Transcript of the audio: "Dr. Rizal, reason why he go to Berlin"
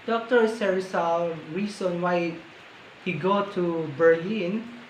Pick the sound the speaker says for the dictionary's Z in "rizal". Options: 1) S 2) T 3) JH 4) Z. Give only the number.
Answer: 1